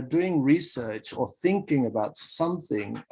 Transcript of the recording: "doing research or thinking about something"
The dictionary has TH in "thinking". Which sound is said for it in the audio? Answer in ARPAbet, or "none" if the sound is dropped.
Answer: TH